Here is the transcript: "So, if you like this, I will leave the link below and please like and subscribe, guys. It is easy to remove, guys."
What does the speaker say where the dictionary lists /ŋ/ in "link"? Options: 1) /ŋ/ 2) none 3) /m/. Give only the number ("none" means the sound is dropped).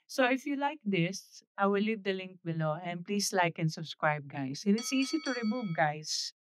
1